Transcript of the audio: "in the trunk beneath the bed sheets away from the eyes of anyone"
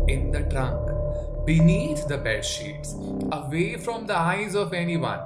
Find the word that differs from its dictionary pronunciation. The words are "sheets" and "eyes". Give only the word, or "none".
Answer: none